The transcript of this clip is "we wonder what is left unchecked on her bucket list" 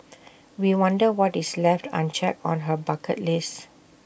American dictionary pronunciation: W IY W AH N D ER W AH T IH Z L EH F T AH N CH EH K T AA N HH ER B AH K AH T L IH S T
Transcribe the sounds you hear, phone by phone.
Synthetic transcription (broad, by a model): W IY W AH N D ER W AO T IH S L EH F T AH N CH EH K AA N HH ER B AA K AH T L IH S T